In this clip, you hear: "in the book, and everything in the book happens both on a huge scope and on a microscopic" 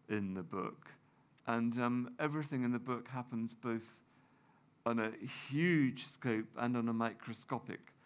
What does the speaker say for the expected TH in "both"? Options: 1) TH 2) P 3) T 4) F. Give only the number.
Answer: 1